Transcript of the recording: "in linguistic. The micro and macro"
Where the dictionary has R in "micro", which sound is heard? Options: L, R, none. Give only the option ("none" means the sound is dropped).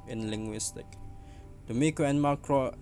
none